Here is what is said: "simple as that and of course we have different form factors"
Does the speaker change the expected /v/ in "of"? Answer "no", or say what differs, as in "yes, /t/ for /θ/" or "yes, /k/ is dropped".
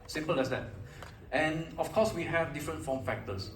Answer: yes, /f/ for /v/